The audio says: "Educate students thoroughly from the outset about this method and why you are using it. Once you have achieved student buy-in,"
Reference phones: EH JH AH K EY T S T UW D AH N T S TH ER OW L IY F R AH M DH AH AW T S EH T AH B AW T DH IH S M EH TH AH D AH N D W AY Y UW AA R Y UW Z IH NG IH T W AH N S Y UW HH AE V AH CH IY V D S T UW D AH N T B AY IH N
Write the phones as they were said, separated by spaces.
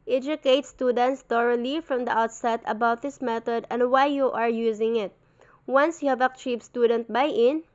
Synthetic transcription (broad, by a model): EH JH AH K EY T S T UW D AH N T S T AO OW L IY F R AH M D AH AW T S EH T AH B AW T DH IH S M EH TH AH D AH N D W AY Y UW AA R Y UW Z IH NG IH T W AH N S Y UW HH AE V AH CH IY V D S T UW D AH N T B AY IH N